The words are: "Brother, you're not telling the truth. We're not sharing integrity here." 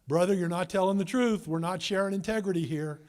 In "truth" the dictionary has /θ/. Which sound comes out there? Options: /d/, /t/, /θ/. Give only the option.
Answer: /θ/